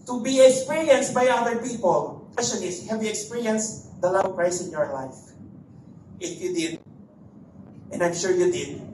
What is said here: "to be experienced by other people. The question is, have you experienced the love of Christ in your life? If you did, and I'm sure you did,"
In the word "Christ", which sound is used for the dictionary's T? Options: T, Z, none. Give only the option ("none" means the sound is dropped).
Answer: none